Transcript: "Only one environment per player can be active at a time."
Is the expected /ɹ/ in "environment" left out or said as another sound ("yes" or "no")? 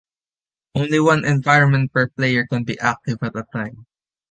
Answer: no